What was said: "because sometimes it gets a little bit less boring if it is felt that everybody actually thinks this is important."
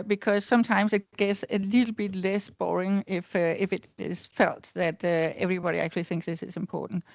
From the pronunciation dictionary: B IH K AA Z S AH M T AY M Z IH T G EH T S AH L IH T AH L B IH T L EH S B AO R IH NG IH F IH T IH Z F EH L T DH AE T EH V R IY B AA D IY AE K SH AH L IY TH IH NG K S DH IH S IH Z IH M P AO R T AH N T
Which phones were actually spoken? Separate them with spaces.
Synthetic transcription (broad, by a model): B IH K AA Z S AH M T AY M S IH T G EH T S AH L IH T L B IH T L EH S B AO R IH NG IH F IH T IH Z F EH L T DH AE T EH V R IY B AA D IY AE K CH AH L IY TH IH NG K S DH IH S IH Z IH M P AO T N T